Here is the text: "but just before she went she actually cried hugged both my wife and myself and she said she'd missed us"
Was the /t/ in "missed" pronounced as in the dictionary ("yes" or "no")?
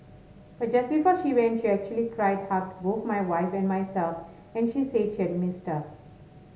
yes